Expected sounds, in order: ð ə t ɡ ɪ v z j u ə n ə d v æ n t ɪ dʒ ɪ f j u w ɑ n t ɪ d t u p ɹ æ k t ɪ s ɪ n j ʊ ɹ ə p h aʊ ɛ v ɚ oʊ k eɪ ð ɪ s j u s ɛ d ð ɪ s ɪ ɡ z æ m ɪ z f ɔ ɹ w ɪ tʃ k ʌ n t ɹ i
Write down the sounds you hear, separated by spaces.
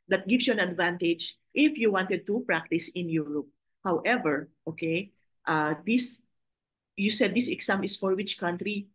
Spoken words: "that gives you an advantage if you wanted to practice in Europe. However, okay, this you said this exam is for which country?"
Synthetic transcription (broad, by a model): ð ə t ɡ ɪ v s j u ə n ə d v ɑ n t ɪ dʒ ɪ f j u w ɑ n t ɪ d t u p ɹ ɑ k t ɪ s ɪ n j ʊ ɹ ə p h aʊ ɛ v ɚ oʊ k eɪ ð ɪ s j u s ɛ d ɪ s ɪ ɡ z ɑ m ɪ s f ɔ ɹ w ɪ tʃ k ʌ n t ɹ i